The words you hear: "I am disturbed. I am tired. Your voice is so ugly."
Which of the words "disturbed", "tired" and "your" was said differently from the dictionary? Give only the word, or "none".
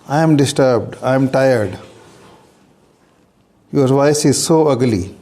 none